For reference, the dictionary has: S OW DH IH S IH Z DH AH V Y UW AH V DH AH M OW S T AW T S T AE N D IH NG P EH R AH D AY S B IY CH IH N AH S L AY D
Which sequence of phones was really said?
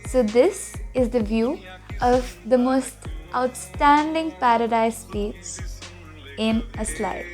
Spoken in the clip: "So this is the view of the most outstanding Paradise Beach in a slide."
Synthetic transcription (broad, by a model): S OW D IH S IH Z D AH V Y UW AH V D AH M OW S T AW T S T AE N D IH NG P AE R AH D AY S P IY S IH N AH S L AY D